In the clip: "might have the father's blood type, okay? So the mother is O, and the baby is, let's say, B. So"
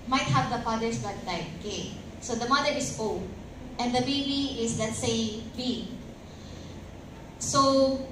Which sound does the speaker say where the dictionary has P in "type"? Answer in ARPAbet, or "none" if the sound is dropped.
none